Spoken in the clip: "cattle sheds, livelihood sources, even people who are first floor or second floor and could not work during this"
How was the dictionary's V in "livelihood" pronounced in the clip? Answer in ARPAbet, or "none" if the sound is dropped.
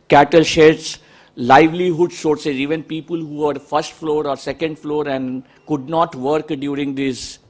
V